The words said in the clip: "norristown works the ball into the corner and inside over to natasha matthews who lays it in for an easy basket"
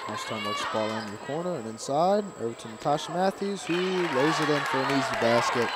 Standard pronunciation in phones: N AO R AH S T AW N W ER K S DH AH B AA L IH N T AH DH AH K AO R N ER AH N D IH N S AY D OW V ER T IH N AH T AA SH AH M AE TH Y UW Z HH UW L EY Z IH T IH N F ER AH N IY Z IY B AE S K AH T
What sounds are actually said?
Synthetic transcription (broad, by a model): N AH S T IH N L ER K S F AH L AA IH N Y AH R K AO R N ER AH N IH N S AY D OW V ER T IH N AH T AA SH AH M AE TH Y UW Z HH UW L EY Z IH T IH N F ER AH N IY Z IY B AE S K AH T